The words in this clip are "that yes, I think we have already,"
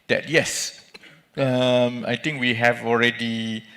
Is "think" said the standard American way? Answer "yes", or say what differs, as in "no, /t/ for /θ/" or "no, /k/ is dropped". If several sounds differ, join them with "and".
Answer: no, /t/ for /θ/